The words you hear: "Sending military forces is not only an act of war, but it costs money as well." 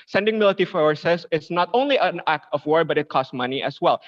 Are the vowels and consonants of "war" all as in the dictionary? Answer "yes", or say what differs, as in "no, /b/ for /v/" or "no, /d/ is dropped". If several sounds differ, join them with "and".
yes